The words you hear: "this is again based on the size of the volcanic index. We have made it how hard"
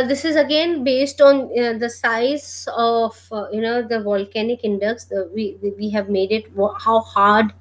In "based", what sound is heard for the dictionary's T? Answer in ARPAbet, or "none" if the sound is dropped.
T